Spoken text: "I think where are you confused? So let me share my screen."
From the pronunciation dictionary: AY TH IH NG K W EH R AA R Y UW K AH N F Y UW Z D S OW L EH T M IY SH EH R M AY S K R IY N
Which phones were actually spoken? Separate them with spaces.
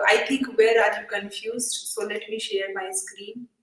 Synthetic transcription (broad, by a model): AY T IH NG K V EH R AA R Y UW K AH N F Y UW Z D S OW L EH T M IY SH EH R M AY S K R IY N